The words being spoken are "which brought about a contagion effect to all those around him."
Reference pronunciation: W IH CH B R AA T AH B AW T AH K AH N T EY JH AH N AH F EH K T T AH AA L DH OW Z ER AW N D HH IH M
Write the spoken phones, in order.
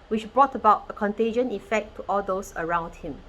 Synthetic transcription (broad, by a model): W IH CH B R AA T AH B AW T AH K AH N T EY JH AH N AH F EH K T T AA L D OW S ER AW N D HH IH M